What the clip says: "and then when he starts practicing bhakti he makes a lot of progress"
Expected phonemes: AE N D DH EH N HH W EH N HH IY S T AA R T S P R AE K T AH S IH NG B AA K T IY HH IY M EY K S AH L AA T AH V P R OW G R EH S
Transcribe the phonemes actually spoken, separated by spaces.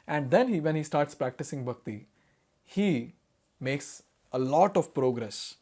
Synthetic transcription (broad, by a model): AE N D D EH N HH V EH N HH IY S T AA R T S P R AE K T AH S IH NG B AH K T IY HH IY M EY K S AH L AA T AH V P R OW G R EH S